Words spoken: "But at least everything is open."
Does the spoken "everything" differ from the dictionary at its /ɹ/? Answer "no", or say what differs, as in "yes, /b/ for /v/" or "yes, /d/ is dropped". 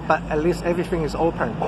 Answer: no